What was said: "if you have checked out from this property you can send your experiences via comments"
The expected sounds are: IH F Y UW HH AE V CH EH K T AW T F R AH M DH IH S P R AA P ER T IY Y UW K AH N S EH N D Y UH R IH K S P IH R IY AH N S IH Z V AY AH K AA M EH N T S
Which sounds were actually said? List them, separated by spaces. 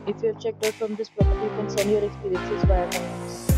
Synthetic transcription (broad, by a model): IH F Y UW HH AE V CH EH K T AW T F R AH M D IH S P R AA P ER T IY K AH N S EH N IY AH R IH K S P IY R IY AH N S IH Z B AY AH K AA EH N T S